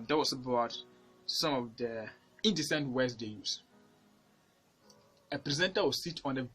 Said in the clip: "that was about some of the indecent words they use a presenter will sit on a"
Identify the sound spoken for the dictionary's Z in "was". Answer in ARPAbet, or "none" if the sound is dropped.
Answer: S